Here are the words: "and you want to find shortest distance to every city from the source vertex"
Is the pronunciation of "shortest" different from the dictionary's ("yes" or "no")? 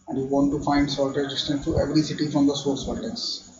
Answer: yes